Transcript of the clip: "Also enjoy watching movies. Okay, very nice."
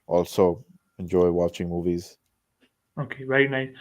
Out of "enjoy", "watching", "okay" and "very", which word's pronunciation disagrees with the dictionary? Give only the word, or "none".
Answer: very